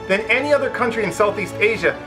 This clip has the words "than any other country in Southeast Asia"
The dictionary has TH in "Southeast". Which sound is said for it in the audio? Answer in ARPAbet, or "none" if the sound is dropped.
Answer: TH